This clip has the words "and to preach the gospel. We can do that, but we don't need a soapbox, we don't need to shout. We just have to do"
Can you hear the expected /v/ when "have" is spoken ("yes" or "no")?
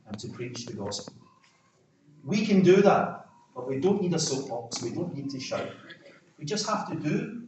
no